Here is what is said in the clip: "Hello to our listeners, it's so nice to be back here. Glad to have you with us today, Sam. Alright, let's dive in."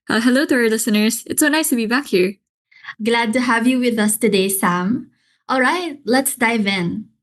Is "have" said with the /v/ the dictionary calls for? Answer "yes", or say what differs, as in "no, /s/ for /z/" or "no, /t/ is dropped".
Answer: yes